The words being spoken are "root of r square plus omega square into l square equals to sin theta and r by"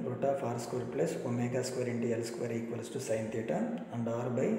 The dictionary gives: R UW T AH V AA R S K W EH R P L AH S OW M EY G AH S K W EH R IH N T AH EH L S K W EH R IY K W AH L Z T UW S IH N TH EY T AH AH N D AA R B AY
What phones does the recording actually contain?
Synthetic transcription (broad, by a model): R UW T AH P AA R S K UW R P L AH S OW M EY G AH S K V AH R IH N T AH EH L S K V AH R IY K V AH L S T UW S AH N T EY T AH AH N D AA R B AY